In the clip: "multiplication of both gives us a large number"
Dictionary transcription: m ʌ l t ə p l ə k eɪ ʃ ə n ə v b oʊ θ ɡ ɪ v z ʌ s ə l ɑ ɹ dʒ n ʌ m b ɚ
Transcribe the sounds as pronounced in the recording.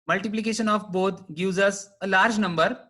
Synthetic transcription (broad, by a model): m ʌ l t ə p l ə k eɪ ʃ ə n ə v b oʊ t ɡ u z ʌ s ə l ɑ ɹ dʒ n ʌ m b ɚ